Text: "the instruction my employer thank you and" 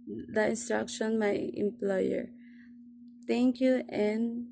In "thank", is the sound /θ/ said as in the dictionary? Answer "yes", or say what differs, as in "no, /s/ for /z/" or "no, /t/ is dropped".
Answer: no, /t/ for /θ/